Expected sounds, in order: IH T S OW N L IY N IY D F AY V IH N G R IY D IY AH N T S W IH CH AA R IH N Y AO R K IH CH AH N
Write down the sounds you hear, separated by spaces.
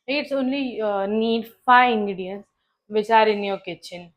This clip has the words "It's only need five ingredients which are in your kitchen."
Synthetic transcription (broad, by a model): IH T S OW N L IY N IY D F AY IH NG G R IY D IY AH N S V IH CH AA R IH N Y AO K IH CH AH N